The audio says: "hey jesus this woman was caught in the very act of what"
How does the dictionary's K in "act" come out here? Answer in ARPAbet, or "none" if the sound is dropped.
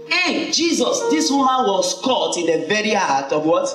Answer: none